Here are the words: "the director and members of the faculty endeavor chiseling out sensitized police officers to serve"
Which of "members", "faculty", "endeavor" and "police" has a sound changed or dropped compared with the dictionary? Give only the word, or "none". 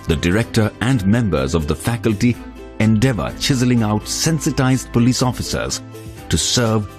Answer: none